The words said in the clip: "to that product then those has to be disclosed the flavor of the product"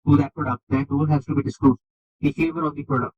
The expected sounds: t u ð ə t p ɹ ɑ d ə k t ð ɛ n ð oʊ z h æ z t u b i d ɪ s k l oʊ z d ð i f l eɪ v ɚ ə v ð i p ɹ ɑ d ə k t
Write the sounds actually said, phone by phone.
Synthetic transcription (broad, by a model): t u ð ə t p ɹ ɑ d ə k t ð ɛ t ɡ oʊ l h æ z t u b i d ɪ s k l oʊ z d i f eɪ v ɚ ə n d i p ɹ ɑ d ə k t